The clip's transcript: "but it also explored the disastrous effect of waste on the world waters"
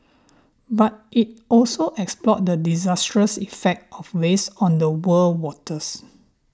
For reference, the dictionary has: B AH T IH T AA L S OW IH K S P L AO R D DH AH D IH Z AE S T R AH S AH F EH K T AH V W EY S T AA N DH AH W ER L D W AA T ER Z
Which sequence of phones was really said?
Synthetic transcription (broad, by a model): B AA T IH T AA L S OW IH K S P L AO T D AH D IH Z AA S T R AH S AH F EH K T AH F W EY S AA N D AH W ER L W AA T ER S